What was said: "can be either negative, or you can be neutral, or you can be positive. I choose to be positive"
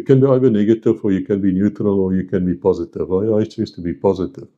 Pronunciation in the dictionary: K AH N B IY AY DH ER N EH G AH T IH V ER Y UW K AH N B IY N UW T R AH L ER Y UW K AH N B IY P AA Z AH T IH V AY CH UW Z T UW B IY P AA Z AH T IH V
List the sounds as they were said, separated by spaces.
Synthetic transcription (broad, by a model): K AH N B IY AY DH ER N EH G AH T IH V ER Y UW K AH N B IY N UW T R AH L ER Y UW K AH N B IY P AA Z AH T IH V AY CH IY S T UW B IY P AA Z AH T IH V